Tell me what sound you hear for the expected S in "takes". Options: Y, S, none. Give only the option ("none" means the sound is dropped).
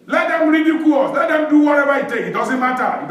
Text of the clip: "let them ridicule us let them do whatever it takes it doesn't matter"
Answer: none